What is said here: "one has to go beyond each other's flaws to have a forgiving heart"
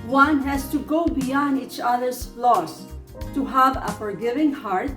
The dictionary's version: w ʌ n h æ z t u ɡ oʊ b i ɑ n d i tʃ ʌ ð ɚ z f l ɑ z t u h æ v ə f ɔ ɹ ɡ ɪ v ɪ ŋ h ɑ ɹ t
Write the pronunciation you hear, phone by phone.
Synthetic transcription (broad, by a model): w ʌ n h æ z t u ɡ oʊ b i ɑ n d i tʃ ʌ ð ɚ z l ɑ s t u h æ v ə f ɔ ɹ ɡ ɪ v ɪ ŋ h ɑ ɹ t